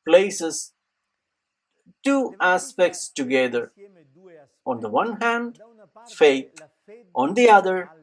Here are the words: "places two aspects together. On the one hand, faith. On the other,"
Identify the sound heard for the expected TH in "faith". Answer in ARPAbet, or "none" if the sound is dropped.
T